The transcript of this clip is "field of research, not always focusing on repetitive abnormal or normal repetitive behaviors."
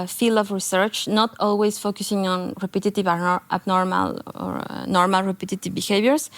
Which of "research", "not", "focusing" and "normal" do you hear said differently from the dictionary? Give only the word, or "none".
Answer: none